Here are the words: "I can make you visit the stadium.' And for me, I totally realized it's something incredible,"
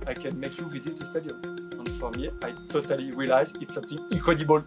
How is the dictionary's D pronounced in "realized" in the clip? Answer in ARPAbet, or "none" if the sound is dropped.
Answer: none